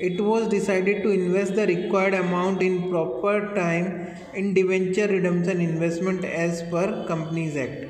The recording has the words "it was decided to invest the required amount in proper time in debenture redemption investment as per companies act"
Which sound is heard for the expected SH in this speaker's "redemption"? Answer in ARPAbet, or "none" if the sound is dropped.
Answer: S